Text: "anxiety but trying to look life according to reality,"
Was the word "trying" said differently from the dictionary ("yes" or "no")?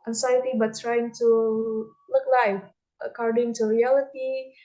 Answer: no